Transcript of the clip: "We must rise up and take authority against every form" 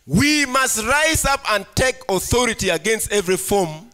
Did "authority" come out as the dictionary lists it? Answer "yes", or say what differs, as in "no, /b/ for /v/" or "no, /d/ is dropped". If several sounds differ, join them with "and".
yes